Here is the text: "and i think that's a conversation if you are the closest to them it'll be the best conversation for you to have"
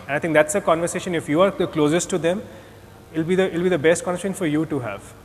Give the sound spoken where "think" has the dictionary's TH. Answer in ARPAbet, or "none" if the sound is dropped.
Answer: T